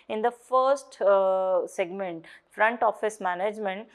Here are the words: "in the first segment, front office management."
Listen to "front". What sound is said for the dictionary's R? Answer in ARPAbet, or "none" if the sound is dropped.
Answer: R